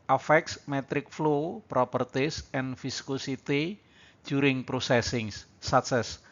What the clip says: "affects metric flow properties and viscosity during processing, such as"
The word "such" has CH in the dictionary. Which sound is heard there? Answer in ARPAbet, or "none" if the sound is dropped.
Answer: S